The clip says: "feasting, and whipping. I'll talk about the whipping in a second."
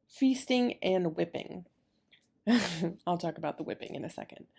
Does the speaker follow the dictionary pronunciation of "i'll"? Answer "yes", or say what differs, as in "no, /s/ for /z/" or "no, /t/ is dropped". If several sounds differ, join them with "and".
yes